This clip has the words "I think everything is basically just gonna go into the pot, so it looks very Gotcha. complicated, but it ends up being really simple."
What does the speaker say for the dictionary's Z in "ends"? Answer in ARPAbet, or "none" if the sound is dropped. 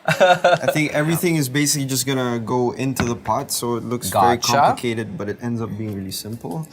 Z